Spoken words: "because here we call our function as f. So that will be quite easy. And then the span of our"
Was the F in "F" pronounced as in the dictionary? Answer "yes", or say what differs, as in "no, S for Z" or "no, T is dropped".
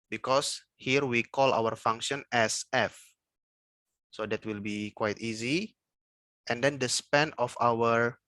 yes